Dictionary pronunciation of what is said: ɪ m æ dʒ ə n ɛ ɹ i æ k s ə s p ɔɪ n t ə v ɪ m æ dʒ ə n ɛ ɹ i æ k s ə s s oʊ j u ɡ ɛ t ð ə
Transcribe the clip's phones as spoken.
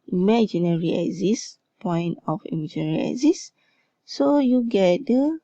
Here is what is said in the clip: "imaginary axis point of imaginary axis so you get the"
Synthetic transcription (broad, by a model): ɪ m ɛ dʒ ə n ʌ ɹ i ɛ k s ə s p ɔɪ n t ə f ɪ m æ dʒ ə n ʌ ɹ i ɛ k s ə s s oʊ j u ɡ ɛ t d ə